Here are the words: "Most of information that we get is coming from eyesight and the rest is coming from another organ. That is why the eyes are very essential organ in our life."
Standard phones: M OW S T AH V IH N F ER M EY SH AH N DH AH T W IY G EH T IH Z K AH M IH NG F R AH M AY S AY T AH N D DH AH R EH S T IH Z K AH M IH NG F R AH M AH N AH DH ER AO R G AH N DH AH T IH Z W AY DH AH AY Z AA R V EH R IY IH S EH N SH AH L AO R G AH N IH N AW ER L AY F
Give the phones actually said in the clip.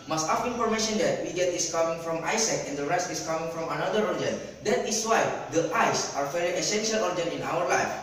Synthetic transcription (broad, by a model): M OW S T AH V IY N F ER M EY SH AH N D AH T W IY G EH T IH S K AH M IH NG F R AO M AY S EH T AH N D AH R EH S T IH S K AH M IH NG F R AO M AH N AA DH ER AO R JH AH N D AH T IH S W AY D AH AY S AA R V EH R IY IH S EH N SH AH L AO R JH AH N IH N AW ER L AY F